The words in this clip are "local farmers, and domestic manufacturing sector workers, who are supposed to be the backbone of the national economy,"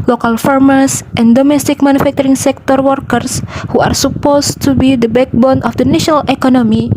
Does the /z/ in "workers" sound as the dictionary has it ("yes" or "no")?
no